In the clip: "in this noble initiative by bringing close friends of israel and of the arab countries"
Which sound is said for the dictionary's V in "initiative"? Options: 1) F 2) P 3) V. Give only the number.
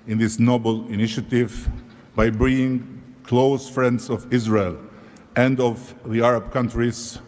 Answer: 3